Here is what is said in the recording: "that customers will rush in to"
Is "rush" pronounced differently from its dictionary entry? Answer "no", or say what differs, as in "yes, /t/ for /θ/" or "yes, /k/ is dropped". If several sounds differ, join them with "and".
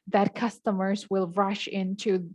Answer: no